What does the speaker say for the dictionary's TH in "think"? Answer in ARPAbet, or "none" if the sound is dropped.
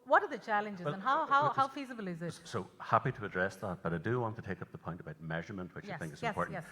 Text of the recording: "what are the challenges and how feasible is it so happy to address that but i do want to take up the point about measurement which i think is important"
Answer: TH